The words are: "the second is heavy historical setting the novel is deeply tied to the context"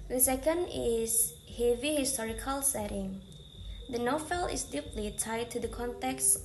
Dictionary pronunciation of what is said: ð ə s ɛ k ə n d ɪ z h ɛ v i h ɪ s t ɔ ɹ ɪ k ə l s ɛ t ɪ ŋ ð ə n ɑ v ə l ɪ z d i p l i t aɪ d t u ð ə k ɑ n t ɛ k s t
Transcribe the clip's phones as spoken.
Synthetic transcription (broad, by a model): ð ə s ɛ k ə n d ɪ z h ɛ v i h ɪ s t ɔ ɹ ɪ k ə l s ɛ t ɪ ŋ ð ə n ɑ f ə l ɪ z d i p l i t aɪ d t u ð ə k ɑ n t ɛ k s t